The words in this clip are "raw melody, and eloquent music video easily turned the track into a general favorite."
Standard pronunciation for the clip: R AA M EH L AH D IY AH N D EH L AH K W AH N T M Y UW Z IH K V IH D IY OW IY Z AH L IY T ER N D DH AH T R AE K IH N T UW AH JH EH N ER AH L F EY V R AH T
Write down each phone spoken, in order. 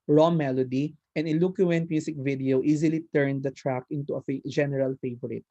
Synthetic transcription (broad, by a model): R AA M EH L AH D IY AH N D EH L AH K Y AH N T M Y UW S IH K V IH D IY OW IY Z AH L IY T ER N D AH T R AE K IH N T UW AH JH EH N ER AH L F EY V R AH T